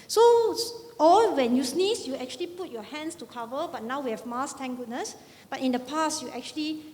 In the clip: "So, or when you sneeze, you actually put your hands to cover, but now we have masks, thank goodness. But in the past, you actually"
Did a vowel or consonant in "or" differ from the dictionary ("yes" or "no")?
yes